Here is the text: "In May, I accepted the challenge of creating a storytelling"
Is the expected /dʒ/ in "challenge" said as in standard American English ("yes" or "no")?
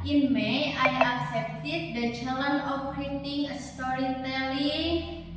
no